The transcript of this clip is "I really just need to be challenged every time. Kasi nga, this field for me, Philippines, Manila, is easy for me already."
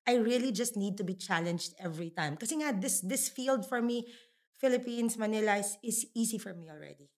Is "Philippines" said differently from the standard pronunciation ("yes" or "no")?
yes